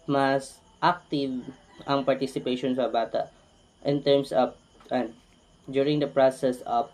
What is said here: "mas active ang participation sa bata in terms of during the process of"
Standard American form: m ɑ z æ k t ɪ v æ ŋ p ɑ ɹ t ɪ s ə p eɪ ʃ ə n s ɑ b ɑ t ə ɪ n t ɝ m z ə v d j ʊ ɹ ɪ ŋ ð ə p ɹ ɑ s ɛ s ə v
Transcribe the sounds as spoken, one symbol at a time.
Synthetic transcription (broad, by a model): m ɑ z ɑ k t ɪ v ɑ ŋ p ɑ ɹ t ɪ s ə p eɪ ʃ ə n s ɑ b ɑ t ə ɪ n t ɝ m s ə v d j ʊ ɹ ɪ ŋ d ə p ɹ ɑ s ɛ s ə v